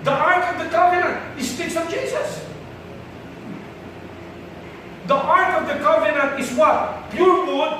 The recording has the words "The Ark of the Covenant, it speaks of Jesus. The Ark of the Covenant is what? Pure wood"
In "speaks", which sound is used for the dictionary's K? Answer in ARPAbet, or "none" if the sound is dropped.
none